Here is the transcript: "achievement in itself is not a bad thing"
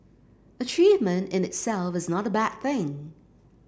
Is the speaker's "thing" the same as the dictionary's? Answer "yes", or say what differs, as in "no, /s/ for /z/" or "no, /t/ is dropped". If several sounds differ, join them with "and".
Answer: yes